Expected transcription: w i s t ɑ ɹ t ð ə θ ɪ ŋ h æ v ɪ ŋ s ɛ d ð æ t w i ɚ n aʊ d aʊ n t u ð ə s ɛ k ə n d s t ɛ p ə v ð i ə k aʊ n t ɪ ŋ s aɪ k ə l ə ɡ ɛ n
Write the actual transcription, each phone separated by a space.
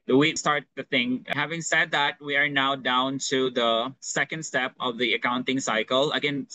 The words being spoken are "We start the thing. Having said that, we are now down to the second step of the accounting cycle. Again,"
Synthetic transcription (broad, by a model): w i s t ɑ ɹ t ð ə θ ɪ ŋ h æ v ɪ ŋ s ɛ d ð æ t w i ɚ n aʊ d aʊ n t u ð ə s ɛ k ə n d s t ɛ p ə v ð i ə k aʊ n t ɪ ŋ s aɪ k ə l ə ɡ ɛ n